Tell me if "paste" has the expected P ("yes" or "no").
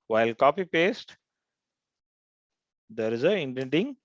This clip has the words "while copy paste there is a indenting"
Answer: yes